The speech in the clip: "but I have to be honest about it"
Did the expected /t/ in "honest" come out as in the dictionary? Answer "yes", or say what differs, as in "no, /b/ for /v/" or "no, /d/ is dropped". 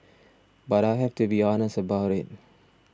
no, /t/ is dropped